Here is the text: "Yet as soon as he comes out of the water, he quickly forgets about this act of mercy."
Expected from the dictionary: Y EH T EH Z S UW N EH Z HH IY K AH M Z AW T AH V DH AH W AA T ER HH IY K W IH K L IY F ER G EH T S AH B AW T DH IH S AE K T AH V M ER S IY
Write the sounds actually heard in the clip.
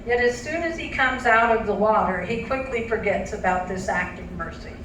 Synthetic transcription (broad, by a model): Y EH T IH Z S UW N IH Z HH IY K AH M Z AW T AH V DH AH W AA T ER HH IY K W IH K L IY F ER G EH T S AH B AW T DH IH S AE K T AH V M ER S IY